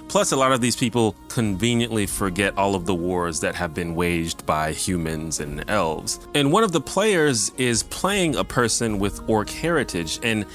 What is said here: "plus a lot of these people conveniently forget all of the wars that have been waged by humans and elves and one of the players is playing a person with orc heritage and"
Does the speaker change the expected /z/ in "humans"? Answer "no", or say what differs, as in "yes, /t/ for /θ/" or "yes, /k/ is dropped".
no